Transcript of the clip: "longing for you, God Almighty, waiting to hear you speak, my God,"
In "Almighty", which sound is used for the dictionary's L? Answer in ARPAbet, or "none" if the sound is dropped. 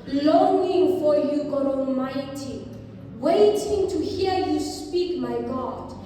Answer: L